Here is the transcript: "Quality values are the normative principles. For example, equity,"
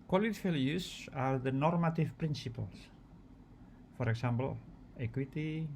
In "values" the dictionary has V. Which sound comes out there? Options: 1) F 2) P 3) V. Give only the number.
1